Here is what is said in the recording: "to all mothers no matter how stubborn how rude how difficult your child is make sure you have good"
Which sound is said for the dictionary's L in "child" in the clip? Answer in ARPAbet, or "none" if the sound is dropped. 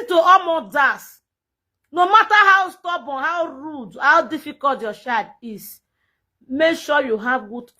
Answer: none